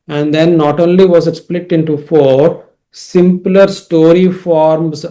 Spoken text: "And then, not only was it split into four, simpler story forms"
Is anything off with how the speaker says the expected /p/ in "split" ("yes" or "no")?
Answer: no